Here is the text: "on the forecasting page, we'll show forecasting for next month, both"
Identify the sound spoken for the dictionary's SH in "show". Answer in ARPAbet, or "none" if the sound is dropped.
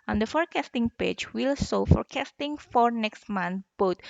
S